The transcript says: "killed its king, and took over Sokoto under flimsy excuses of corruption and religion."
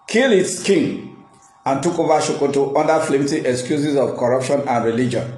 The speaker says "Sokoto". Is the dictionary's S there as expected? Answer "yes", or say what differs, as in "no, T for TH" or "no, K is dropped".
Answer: no, SH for S